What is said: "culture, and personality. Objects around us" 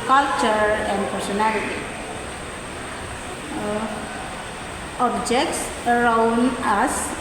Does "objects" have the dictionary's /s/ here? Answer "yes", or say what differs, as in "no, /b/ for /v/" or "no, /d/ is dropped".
yes